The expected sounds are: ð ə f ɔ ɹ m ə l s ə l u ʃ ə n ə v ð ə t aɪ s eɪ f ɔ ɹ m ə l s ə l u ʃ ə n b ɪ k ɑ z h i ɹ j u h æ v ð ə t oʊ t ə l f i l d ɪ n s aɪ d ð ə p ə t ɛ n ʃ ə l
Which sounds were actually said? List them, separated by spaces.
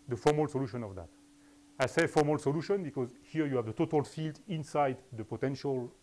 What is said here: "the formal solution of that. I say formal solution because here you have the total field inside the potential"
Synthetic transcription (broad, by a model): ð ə f ɔ ɹ m ə l s ə l u ʃ ə n ə v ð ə t aɪ s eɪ f ɔ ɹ m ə l s ə l u ʃ ə n b ɪ k ɑ z h i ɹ j u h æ v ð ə t oʊ t ə l f i l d ɪ n s aɪ d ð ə p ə t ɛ n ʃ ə l